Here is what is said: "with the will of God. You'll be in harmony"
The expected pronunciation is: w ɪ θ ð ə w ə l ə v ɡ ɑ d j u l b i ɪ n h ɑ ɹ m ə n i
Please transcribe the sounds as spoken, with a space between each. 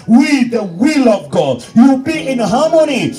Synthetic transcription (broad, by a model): w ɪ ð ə w ə l ə v ɡ ɑ d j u w b i ɪ n h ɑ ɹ m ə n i